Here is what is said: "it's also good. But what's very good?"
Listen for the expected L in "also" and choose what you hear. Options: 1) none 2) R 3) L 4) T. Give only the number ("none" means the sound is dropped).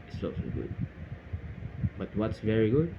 1